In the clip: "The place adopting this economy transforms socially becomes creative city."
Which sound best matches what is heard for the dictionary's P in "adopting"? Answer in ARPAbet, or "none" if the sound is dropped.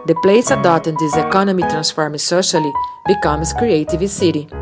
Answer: none